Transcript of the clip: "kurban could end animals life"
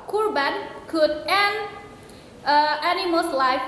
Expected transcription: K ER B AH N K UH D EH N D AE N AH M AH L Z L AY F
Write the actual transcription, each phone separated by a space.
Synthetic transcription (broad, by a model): K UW B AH N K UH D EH N AE N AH M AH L S L AY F